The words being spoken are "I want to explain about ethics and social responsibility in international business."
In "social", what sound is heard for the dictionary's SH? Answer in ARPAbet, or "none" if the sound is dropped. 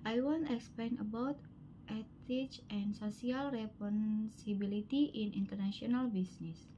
S